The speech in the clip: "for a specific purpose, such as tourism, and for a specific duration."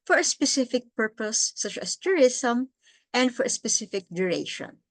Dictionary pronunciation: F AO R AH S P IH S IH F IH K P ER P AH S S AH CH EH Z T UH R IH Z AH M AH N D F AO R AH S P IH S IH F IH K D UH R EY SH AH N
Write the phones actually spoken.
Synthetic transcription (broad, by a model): F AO R AH S P IH S IH F IH K P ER P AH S S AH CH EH S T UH R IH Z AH M AH N D F AO R AH S P IH S IH F IH K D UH R EY SH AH N